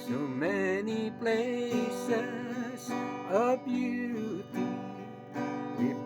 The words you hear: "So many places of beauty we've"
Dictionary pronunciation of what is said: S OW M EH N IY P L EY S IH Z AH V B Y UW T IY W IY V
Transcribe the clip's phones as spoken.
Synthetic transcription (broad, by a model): S OW M EH N IY P L EY S IH Z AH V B Y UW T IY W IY